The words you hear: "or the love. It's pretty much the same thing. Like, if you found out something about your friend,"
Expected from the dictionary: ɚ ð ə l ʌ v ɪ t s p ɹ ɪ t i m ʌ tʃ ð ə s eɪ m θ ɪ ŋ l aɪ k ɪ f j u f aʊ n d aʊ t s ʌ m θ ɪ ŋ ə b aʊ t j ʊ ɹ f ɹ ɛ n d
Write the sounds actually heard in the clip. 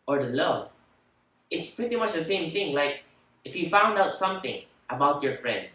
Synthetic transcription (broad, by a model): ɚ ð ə l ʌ ɪ t s p ɹ ɪ t i m ʌ tʃ ð ə s eɪ m θ ɪ ŋ l aɪ k ɪ f j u f aʊ n d aʊ t s ʌ m θ ɪ ŋ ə b aʊ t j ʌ ɹ f ɹ ɛ n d